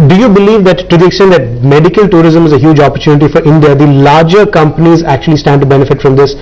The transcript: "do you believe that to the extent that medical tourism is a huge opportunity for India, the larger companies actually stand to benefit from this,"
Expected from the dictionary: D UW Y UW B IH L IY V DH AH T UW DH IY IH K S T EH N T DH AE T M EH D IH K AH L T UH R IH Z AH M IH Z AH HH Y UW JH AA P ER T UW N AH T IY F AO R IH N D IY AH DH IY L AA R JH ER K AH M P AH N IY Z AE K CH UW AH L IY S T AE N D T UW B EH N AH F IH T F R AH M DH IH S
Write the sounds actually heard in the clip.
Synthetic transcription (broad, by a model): D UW Y UW B IH L IY V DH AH T UW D IY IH K S T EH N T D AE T M EH D IH K AH L T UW R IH Z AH M IH Z AH HH Y UW JH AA P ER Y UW N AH T IY F AO R IH N D IY AH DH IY L AA R JH ER K AH M P AH N IY Z AE K CH UW AH L IY S T AE N D T UW B EH N AH F IH T F R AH M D IH S